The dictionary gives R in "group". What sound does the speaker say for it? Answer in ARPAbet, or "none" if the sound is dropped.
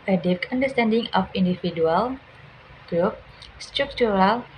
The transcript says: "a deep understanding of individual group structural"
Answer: R